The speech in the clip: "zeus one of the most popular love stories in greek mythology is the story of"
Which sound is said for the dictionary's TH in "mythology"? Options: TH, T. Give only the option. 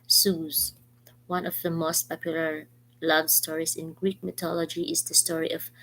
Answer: T